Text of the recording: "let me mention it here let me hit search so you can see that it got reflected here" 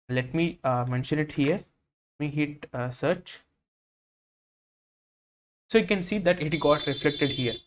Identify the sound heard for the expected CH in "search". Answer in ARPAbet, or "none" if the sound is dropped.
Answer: CH